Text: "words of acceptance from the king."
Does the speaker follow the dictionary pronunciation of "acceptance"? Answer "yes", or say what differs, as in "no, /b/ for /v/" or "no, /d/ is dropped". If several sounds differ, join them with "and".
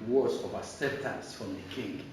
no, /k/ is dropped and /p/ is dropped